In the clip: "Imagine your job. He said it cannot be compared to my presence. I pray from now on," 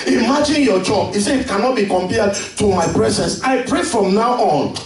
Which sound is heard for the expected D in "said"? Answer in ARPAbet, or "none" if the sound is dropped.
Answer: none